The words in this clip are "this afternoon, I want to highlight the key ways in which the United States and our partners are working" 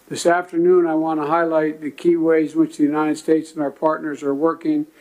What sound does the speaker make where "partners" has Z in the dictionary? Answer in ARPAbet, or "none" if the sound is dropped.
Z